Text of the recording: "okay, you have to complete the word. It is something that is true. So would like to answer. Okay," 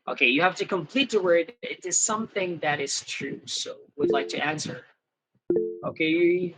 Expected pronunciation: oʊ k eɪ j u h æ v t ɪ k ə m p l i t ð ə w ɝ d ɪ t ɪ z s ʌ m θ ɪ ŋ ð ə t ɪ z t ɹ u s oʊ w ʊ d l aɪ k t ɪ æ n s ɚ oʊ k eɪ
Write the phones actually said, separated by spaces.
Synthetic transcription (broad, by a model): oʊ k eɪ j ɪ h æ f t ɪ k ə m p l i t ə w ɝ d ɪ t ɪ z s ʌ m θ ɪ ŋ ð ə t ɪ z t ɹ u s oʊ w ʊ d l aɪ k t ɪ æ n s ɚ oʊ k eɪ